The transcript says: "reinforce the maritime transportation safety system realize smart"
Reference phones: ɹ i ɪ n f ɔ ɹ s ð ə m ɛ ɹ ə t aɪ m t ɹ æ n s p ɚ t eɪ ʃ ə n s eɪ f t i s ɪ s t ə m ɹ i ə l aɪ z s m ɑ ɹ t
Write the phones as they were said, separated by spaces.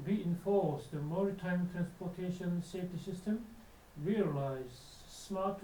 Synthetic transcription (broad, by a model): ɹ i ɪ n f ɔ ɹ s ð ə m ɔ ɹ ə t aɪ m t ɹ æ n s p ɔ t eɪ ʃ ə n s eɪ f t i s ɪ s t ə m ɹ i ə l aɪ z s m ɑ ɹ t